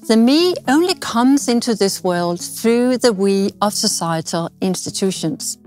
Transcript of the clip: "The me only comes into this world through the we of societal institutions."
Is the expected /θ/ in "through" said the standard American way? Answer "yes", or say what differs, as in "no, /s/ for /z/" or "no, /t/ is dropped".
yes